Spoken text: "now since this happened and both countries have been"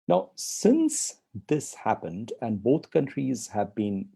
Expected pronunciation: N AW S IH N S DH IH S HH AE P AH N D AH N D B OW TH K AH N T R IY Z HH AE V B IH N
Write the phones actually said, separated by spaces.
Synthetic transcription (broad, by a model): N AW S IH N S DH IH S HH AE P AH N D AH N B OW TH K AH N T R IY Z HH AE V B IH N